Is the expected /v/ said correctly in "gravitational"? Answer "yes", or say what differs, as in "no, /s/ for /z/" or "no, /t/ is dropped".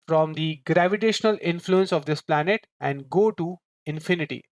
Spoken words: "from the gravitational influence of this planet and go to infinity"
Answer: yes